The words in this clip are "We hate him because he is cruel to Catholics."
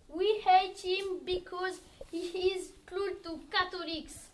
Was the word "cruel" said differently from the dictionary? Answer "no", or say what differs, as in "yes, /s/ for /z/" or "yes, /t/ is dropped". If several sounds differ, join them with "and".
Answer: yes, /l/ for /ɹ/